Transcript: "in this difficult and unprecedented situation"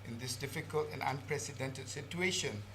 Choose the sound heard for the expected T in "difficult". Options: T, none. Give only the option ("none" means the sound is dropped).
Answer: T